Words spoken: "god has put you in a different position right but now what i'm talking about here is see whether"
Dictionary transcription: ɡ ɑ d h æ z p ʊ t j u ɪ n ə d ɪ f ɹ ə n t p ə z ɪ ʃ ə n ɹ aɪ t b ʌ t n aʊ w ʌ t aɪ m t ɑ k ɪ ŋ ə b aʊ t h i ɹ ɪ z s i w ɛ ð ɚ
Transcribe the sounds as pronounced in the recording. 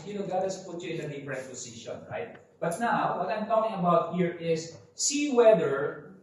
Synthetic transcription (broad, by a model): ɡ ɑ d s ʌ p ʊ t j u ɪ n ə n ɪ p ɹ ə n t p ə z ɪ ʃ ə n ɹ aɪ t b ʌ t n aʊ w ʌ t aɪ m t ɑ k ɪ ŋ ə b aʊ t h i ɹ ɪ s s i w ɛ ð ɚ